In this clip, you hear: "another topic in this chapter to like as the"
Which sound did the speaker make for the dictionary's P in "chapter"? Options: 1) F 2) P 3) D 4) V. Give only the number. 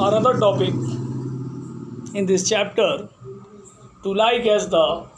2